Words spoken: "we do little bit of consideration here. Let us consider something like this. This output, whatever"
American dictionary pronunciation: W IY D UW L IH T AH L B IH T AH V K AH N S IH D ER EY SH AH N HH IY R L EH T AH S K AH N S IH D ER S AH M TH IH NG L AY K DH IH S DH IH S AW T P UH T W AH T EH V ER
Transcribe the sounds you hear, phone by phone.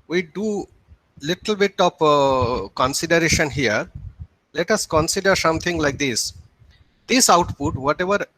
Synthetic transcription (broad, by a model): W IY D UW L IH T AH L B IH T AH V K AH N S IH D ER EY SH AH N HH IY R L EH T AH S K AH N S IH D ER S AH M T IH NG L AY K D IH S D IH S AW T P UH T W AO T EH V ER